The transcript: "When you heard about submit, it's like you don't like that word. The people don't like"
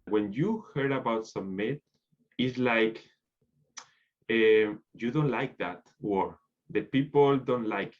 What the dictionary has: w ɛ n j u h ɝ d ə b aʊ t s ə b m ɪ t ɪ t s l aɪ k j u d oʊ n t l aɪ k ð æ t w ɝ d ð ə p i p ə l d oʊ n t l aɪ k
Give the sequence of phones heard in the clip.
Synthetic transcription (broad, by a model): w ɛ n j u h ɝ d ə b aʊ t s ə m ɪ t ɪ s l aɪ k j u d oʊ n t l aɪ k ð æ t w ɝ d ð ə p i p ə l d oʊ n t l aɪ k